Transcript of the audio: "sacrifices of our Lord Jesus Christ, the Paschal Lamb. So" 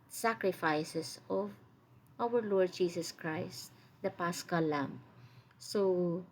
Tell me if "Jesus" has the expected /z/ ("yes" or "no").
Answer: no